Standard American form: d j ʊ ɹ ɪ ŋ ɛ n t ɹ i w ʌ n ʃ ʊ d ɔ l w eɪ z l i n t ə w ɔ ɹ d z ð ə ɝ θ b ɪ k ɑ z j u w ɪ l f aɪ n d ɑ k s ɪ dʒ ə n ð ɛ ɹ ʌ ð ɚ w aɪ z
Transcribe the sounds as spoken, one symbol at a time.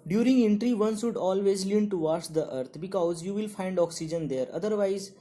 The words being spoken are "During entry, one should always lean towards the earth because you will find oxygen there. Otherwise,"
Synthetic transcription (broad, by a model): d j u ɹ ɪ ŋ ɛ n t ɹ i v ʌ n s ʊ d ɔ l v eɪ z l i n t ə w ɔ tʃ d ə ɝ t b ɪ k ɑ z j u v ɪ l f aɪ n d ɑ k s ɪ dʒ ə n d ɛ ɹ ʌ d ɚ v aɪ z